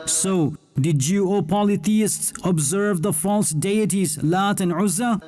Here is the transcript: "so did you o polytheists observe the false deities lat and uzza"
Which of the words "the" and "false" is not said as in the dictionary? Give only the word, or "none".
none